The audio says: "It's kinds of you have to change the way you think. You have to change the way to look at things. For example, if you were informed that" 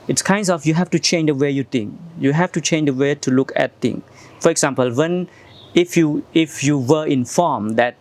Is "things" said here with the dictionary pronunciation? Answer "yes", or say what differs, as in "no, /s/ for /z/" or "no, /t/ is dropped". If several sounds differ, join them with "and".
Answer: no, /t/ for /θ/ and /z/ is dropped